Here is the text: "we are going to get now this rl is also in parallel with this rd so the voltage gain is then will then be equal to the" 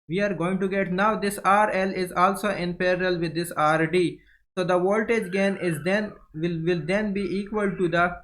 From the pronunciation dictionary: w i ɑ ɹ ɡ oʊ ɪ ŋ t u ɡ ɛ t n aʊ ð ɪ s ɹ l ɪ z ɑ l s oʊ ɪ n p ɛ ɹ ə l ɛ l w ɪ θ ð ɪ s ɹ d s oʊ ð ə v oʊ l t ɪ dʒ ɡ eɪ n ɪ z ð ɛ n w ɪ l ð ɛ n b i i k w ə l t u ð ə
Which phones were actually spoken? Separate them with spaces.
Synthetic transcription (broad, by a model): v i ɑ ɹ ɡ oʊ ɪ ŋ t u ɡ ɛ t n aʊ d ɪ s ɹ l ɪ z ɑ l s oʊ ɪ n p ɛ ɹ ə l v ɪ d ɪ s ɹ d s oʊ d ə v oʊ l t ɪ dʒ ɡ eɪ n ɪ z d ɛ n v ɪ l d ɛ n b i i k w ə l t u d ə